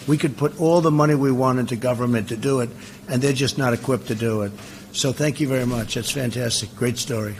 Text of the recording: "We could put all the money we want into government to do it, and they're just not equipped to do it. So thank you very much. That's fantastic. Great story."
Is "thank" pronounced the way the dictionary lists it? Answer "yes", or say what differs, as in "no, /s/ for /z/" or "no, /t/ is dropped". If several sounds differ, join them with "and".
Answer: yes